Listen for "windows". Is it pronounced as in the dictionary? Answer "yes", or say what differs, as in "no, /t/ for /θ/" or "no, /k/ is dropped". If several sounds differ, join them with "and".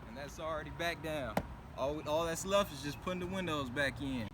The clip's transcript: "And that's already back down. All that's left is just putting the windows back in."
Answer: yes